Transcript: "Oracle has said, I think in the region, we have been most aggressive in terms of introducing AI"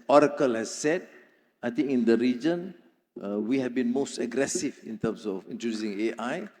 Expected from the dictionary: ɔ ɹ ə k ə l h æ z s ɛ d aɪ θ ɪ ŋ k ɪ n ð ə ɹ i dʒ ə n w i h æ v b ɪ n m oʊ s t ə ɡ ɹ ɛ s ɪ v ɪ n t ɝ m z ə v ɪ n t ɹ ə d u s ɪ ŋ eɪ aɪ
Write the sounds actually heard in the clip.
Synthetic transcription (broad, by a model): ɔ ɹ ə k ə l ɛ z s ɛ d aɪ t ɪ ŋ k ɪ n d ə ɹ i dʒ ə n w i h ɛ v b ɪ n m oʊ s t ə ɡ ɹ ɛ s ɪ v ɪ n t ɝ m s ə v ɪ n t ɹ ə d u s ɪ ŋ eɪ aɪ